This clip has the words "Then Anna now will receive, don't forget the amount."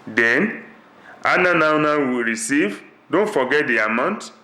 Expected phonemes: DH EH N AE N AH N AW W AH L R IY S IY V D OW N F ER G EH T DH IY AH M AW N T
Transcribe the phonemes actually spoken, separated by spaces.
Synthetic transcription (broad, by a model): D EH N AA N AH N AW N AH W R IY S IY V D OW N F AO G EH T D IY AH M AW N T